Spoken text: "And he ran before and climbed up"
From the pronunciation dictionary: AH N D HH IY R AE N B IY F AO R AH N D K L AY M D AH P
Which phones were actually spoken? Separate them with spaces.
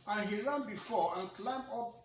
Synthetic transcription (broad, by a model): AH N HH IY R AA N B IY F AO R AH N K L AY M AO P